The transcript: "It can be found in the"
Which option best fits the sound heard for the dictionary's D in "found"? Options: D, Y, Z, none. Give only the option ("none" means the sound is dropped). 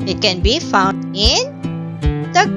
D